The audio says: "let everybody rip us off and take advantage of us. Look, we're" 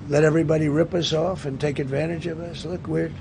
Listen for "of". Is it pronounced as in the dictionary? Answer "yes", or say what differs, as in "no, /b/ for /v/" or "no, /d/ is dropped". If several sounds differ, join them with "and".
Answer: yes